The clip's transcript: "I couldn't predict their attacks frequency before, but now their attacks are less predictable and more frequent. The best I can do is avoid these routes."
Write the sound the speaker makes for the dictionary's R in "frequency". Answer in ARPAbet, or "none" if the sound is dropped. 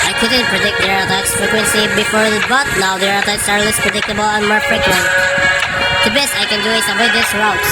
R